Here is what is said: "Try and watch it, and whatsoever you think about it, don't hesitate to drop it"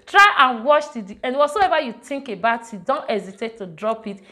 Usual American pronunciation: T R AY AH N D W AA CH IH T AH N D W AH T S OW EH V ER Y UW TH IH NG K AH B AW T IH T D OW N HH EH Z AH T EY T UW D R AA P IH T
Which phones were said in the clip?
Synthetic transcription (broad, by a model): T R AY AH N W AA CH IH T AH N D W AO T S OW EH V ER Y UW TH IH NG K AH B AW T IH T D OW N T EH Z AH T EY T UW D R AA P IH T